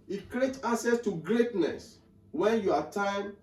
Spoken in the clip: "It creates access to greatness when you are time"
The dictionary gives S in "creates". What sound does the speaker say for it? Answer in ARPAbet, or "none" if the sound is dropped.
none